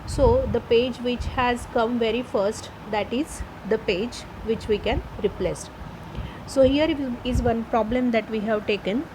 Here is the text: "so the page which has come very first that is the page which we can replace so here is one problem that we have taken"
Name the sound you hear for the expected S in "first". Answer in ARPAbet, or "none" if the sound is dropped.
S